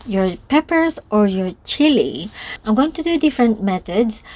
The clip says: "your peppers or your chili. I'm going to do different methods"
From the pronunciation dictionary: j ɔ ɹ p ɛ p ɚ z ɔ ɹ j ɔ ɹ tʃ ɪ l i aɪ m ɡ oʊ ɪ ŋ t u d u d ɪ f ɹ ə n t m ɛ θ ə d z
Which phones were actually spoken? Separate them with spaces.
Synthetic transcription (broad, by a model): j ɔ ɹ p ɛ p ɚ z ɔ ɹ j ɔ ɹ tʃ ɪ l i aɪ m ɡ oʊ ɪ ŋ t u d u d ɪ f ɹ ə n t m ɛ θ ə d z